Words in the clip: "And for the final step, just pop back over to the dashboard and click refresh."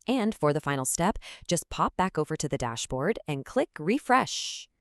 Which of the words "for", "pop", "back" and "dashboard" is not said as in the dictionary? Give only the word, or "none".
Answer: none